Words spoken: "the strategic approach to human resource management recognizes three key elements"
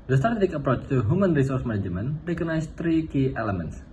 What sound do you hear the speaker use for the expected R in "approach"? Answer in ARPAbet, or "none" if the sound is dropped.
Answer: R